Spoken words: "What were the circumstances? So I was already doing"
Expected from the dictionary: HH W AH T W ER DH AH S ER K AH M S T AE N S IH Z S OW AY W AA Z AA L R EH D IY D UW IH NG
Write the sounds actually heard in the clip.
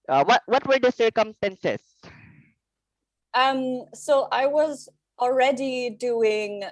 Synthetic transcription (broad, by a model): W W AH T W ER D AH S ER K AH M S T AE N S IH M S OW AY W AA Z AA L R EH D IY D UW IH NG